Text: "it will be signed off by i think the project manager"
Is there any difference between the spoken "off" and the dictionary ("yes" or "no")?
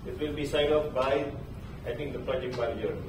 yes